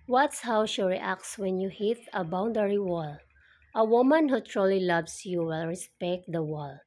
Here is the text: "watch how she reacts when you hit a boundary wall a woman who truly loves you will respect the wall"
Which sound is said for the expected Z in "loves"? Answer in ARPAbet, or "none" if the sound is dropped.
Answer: S